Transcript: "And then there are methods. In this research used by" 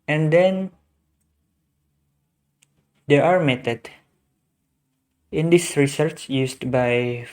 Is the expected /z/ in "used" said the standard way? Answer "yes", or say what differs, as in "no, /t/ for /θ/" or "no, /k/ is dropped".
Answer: no, /s/ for /z/